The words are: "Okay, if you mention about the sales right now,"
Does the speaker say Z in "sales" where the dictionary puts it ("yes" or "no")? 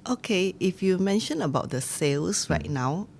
no